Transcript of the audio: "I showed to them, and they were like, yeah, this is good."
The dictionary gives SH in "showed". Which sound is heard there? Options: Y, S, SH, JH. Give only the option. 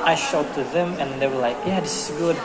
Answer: SH